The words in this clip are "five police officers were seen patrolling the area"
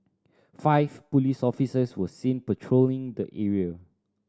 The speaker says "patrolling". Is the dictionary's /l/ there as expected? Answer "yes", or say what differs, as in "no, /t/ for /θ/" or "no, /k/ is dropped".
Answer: yes